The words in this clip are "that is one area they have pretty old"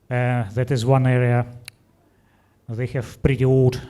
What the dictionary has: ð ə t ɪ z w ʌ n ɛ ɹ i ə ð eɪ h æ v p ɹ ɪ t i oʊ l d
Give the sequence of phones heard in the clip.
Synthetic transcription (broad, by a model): ð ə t ɪ z w ʌ n ɛ ɹ i ə ð eɪ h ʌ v b ɹ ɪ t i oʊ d